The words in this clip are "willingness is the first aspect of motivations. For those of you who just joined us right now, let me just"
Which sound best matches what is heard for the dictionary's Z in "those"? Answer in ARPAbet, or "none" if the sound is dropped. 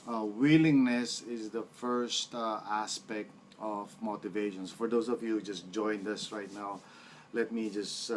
S